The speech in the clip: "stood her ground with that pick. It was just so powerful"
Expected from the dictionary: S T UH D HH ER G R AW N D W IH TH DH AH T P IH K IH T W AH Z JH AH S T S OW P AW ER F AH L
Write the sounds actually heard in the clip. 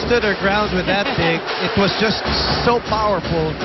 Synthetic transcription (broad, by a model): S T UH D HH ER G R AW N D W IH DH AH T B IH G IH T W AH Z JH AH S T S OW P AW ER F L